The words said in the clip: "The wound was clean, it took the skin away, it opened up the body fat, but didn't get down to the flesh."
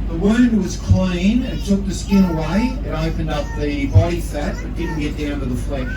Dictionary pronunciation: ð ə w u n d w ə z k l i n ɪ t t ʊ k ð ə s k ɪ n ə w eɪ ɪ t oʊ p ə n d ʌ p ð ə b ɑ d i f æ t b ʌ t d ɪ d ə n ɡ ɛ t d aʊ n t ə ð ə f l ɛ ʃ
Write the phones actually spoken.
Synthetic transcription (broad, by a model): ð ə w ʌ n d w ə z k l i n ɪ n t ʊ k ð ə s k ɪ n ə w eɪ ɪ t oʊ p ə n d ʌ p ð ə b ɑ d i f æ t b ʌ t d ɪ d n ɡ ɛ t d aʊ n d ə ð ə f l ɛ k